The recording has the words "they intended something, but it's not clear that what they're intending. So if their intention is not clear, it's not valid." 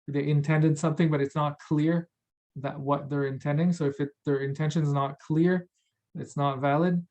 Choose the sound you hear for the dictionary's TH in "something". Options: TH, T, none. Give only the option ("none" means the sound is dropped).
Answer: TH